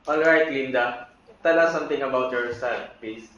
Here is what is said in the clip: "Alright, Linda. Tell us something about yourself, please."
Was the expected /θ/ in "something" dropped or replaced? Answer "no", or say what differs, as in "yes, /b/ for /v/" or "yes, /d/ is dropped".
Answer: yes, /t/ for /θ/